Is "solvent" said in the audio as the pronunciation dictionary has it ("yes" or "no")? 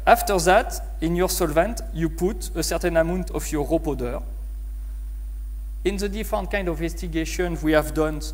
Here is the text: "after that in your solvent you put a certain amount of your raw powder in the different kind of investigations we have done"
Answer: yes